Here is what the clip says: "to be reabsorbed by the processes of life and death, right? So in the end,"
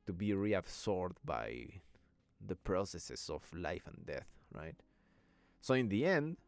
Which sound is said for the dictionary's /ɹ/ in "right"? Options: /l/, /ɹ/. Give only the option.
/ɹ/